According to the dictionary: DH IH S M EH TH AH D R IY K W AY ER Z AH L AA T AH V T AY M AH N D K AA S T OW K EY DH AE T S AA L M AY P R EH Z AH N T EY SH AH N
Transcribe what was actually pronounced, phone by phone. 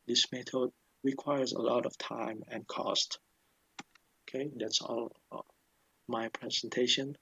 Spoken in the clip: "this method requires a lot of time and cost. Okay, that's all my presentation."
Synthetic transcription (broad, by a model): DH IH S M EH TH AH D R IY K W AY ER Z AH L AA T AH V T AY M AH N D K AA S T OW K EY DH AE T S AA L M AY P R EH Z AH N T EY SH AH N